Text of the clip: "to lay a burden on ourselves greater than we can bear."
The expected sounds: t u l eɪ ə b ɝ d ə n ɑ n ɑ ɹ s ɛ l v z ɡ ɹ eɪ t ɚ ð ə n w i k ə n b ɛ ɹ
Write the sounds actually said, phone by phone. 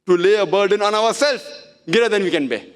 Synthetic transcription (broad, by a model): t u l eɪ ə b ɝ d ə n ɑ n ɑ ɹ s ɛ l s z ɡ eɪ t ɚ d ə n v i k ə n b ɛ